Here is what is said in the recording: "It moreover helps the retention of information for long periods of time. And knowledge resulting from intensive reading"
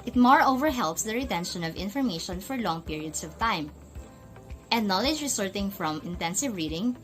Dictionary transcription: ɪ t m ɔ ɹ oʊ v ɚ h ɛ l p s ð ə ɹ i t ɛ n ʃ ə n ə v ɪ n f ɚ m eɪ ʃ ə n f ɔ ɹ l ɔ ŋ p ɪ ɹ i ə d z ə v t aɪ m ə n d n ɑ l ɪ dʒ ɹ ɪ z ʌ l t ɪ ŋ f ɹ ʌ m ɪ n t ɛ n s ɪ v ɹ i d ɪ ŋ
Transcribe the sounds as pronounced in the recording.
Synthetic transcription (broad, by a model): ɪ t m ɔ ɹ oʊ v ɚ h ɛ l p s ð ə ɹ i t ɛ n ʃ ə n ə v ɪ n f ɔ m eɪ ʃ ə n f ɔ ɹ l ɔ ŋ p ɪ ɹ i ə d s ə v t aɪ m ə n d n ɑ l ɪ dʒ ɹ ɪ s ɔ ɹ t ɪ ŋ f ɹ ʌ m ɪ n t ɛ n s ɪ v ɹ i d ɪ ŋ